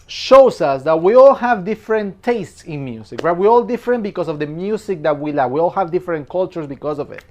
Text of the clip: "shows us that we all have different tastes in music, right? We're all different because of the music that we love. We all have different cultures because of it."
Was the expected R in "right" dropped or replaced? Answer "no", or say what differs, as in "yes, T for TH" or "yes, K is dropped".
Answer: yes, W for R